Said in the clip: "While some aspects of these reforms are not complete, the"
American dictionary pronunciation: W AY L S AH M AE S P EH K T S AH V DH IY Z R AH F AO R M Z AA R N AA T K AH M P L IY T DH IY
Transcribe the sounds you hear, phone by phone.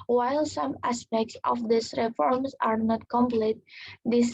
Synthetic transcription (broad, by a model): W AY L S AH M AE S P EH K T S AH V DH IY S R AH F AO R M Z AA R N AA T K AH M P L IY T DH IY